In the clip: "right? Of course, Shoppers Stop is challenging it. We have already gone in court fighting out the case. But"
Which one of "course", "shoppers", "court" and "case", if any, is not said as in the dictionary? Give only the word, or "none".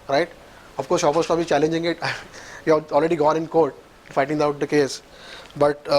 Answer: shoppers